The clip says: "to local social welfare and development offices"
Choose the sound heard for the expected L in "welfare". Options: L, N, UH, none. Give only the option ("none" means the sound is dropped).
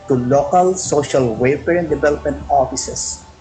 none